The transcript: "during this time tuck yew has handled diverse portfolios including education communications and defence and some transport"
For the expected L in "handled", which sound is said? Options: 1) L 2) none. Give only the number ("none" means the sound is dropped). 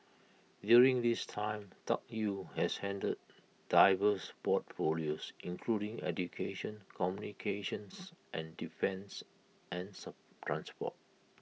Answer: 2